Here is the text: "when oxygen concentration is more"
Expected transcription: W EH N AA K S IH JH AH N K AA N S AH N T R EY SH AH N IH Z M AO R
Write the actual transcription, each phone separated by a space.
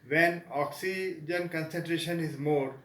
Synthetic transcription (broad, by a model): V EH N AA K S IH JH AH N K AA N S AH N T R EY SH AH N IH Z M AO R